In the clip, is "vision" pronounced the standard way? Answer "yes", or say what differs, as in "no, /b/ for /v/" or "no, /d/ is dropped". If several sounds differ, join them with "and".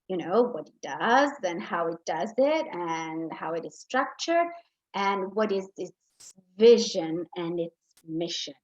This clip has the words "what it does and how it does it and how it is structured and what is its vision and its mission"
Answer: yes